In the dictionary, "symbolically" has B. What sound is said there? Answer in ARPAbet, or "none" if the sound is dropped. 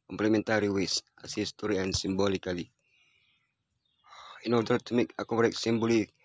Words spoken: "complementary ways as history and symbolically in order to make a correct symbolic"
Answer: B